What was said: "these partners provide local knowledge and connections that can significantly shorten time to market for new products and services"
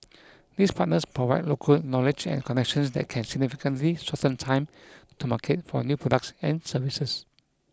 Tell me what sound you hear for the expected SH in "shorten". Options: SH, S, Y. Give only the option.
S